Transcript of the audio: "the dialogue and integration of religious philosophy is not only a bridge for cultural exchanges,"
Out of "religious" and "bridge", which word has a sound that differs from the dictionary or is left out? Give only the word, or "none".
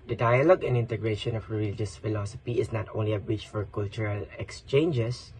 bridge